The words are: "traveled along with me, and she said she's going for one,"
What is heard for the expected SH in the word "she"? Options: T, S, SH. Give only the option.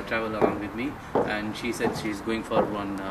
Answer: SH